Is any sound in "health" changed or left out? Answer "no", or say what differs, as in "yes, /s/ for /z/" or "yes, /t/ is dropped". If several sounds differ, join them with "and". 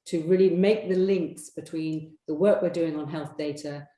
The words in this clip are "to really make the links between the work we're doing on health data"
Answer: no